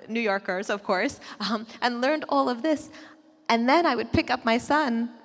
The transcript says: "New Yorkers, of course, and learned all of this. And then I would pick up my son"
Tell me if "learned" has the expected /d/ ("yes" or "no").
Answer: yes